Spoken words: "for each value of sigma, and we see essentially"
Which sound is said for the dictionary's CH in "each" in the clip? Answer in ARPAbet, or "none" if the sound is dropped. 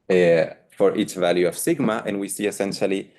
S